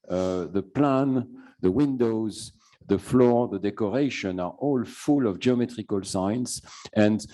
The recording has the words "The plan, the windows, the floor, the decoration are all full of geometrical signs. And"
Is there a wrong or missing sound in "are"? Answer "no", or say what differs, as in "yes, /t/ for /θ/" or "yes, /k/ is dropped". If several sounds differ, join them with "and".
no